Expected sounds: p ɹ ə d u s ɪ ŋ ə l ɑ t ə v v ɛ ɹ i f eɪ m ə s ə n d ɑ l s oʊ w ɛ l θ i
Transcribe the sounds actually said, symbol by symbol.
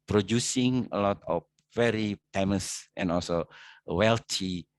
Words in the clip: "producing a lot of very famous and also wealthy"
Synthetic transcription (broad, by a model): p ɹ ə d u s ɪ ŋ ə l ɑ t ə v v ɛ ɹ i p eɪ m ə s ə n ɑ l s oʊ w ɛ l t i